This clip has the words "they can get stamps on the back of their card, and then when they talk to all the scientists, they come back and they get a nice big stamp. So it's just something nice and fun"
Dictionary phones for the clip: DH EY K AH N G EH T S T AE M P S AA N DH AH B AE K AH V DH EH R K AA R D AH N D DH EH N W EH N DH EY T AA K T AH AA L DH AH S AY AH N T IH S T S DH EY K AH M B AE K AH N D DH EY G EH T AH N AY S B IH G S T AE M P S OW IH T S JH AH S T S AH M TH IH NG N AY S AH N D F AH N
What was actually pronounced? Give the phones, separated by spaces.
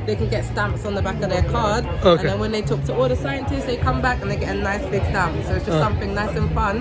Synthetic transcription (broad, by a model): DH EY K AH N G EH T S T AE M P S N DH AH B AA K AH V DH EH K AA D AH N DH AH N W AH N DH EY T AA K T AH AA L DH AH S AY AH N T IH S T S DH EY K AH M B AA K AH N DH EY G EH T AH N AY S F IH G S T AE M P S OW IH T S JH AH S S AH M TH IH NG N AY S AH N F AH N